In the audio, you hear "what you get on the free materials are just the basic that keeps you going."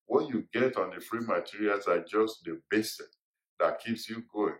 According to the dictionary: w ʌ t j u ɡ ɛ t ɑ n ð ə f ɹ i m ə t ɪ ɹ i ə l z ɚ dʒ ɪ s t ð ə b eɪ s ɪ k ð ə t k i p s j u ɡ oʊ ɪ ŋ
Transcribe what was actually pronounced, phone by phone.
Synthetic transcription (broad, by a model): w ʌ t j u ɡ ɛ t ɑ n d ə f ɹ i m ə t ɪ ɹ i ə l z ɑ dʒ ɪ s t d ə b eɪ s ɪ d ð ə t k i p s j u ɡ oʊ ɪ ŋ